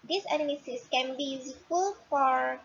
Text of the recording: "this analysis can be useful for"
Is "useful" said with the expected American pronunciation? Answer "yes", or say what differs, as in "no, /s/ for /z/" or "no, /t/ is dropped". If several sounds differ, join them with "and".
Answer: no, /s/ is dropped